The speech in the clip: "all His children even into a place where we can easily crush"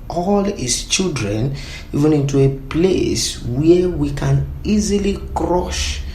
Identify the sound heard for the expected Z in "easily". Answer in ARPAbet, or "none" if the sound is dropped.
Z